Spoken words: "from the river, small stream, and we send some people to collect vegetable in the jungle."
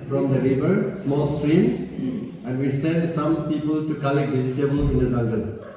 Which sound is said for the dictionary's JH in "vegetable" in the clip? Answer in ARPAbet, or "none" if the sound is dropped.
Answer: Z